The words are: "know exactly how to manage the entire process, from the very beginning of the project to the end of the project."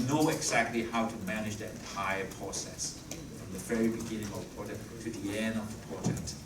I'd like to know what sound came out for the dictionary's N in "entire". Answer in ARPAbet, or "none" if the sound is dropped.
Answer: none